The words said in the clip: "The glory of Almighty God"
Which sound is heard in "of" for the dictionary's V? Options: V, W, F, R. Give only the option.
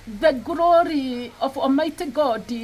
F